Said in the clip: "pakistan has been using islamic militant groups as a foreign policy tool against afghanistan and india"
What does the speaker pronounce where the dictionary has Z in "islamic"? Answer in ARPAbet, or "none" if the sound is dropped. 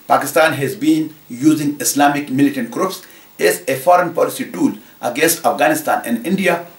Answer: S